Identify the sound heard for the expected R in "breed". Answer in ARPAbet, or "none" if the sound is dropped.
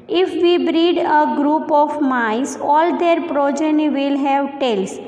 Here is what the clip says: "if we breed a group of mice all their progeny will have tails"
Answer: R